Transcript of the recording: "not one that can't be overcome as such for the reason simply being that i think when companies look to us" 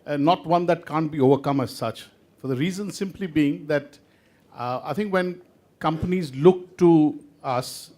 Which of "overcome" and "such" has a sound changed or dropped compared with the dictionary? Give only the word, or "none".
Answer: none